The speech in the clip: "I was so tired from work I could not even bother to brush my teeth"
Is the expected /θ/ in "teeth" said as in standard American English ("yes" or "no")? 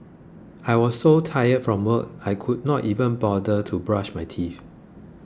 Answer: no